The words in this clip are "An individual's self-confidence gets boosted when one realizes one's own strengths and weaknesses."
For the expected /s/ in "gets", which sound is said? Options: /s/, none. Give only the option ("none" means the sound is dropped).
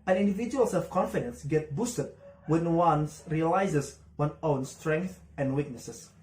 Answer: none